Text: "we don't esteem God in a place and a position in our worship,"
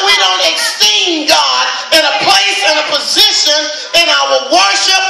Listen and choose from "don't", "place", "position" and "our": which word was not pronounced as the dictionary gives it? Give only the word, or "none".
none